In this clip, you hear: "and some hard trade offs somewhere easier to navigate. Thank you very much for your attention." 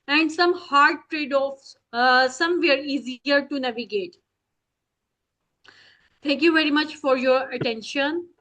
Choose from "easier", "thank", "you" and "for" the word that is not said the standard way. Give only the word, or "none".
thank